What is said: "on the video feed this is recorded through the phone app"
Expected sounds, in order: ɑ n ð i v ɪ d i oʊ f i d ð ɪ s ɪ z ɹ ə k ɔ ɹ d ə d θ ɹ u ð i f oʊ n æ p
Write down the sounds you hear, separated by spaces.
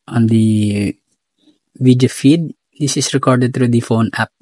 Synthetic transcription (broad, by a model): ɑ n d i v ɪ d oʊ f i d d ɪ s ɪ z ɹ ə k ɔ ɹ d ə d t ɹ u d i f oʊ n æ p